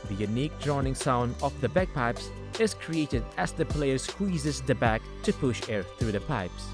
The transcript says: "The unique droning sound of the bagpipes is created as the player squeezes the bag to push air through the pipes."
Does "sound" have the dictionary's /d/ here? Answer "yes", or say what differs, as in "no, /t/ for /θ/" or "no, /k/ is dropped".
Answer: yes